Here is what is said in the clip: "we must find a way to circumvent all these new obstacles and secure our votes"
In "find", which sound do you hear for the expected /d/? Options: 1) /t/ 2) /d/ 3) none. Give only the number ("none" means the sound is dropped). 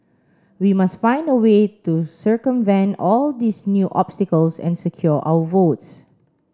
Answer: 2